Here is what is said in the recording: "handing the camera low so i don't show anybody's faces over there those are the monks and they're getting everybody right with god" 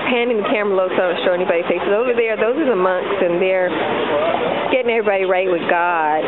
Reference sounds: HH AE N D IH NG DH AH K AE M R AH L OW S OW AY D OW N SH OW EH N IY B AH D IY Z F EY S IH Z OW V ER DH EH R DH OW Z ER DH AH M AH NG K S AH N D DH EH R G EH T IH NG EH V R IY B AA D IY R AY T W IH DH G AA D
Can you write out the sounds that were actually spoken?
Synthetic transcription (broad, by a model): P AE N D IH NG DH AH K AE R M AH L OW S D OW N SH OW EH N IY B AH D IY F EY S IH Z OW V ER DH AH R DH OW Z ER DH AH M AH NG K S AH N DH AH R G EH T IH NG EH V R IY B AA D IY R AY T W IH DH G AA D